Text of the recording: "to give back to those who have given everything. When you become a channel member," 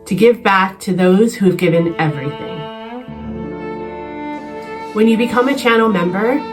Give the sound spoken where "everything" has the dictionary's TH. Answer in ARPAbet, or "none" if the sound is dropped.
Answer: TH